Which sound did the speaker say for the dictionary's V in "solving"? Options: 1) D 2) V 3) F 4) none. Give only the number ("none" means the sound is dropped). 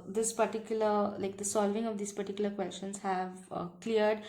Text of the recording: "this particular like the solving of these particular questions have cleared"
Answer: 2